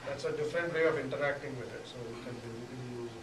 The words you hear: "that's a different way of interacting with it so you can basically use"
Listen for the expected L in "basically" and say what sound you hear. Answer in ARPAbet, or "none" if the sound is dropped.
none